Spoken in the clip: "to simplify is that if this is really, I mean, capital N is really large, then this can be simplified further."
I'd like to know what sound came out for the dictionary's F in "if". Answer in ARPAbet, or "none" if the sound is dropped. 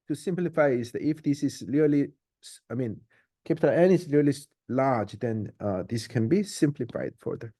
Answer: F